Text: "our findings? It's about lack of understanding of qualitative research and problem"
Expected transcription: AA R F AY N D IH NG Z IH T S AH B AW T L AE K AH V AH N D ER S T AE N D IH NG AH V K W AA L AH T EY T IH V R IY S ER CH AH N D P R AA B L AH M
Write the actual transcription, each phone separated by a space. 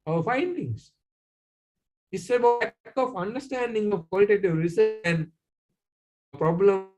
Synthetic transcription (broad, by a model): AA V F AY N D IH NG S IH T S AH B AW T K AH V AH N D ER S T AE N D IH NG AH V K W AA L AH T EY T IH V R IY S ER AH N D P R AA B L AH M